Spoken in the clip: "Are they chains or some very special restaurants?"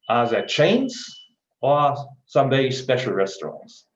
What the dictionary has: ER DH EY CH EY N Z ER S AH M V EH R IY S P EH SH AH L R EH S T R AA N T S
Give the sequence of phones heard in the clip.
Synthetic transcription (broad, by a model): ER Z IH CH EY N Z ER S AH M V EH IY S P EH SH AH L R EH S T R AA N T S